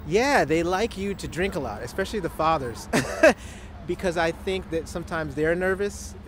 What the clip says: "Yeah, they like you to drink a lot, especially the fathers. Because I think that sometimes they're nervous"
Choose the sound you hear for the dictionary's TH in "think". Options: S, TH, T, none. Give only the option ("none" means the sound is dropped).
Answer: TH